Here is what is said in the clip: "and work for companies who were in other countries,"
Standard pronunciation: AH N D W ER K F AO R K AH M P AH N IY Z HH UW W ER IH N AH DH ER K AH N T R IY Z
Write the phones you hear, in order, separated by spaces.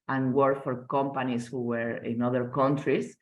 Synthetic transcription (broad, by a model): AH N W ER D F AO R K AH M P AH N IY S HH UW W ER IH N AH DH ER K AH N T R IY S